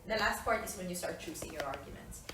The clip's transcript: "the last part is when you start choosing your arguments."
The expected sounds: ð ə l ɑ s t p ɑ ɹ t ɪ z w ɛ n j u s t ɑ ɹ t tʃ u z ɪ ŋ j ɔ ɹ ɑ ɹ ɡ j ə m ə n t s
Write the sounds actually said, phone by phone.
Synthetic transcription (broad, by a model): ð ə l ɑ s t p ɑ ɹ t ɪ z w ɛ n j u s t ɑ ɹ t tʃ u s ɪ ŋ j ɔ ɹ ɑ ɹ ɡ j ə m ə n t s